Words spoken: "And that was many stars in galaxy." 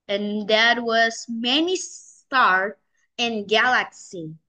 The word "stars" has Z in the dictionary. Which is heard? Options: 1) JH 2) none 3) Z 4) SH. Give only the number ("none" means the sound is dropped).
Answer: 2